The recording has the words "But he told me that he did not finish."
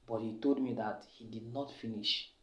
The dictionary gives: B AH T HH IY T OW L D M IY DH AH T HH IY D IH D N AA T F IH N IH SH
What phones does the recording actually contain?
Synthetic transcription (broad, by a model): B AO T HH IY T OW L D M IY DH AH T HH IY D IH D N AA T F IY N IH SH